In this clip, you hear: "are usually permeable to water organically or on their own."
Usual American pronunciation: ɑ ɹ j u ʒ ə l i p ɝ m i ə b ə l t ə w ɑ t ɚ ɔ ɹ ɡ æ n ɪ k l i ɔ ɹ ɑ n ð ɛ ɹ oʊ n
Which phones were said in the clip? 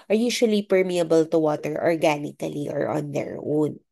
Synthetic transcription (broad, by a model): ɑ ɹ j u ʃ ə l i p ɝ m i ə b ə l t ə w ɑ t ɚ ɔ ɹ ɡ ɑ n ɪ k l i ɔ ɹ ɑ n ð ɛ ɹ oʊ n